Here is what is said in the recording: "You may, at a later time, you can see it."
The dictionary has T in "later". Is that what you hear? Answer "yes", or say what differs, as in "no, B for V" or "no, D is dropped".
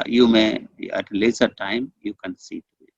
no, S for T